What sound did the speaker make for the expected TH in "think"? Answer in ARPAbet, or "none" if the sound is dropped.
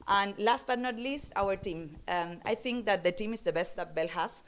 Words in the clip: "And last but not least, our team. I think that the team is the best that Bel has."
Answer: T